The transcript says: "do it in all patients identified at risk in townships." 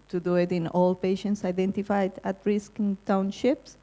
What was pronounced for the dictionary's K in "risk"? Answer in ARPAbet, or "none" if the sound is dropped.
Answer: K